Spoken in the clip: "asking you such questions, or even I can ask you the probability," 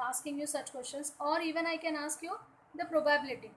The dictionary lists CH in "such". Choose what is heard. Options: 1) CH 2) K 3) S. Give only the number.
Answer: 1